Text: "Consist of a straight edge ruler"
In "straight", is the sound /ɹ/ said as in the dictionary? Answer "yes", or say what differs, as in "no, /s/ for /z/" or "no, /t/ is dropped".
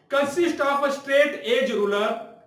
yes